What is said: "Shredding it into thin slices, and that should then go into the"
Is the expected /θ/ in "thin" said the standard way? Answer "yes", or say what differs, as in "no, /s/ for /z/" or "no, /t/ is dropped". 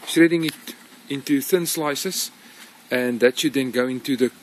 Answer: yes